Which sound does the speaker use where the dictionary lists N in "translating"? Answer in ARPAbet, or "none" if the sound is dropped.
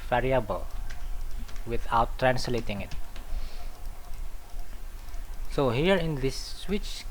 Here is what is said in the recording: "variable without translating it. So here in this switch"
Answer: N